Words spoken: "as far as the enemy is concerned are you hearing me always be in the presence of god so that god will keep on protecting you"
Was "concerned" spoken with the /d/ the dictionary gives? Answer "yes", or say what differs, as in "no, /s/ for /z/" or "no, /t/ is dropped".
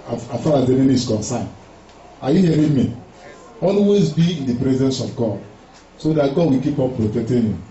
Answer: no, /d/ is dropped